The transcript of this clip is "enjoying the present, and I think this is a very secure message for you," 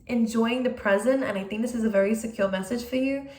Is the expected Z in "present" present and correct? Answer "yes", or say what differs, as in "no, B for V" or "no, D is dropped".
yes